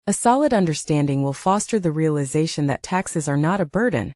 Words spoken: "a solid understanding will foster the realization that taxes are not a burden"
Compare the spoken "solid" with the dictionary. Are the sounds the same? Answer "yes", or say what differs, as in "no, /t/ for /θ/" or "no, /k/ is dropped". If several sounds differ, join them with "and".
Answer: yes